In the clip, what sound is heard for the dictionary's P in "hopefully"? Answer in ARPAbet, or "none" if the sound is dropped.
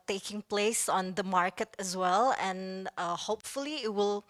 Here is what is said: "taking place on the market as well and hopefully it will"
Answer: P